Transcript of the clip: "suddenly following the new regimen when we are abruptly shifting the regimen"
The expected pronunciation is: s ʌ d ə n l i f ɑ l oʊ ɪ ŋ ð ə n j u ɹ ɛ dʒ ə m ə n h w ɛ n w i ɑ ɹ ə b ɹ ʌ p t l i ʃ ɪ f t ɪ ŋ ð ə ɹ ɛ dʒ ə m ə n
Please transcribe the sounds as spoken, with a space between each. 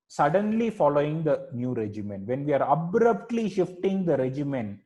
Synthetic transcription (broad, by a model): s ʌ d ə n l i f ɑ l oʊ ɪ ŋ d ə n j u ɹ ɛ dʒ ə m ə n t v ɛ n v i ɑ ɹ ə b ɹ ʌ p t l i ʃ ɪ f t ɪ ŋ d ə ɹ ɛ dʒ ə m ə n